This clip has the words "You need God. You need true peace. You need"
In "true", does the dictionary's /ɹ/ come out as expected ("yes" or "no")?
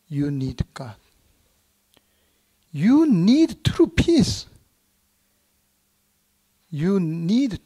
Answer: yes